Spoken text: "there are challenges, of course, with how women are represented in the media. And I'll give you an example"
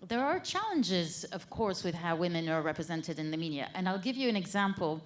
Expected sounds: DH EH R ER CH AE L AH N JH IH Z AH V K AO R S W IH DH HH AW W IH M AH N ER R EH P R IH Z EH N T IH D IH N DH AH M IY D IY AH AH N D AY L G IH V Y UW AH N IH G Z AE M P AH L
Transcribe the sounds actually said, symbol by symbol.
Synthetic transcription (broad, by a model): DH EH R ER CH AE L AH N JH IH Z AH V K AO R S W IH DH HH AW W IH M AH N ER R EH P R IH Z EH N T IH D IH N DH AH M IY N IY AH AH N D AY L G IH V Y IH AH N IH G Z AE M P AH L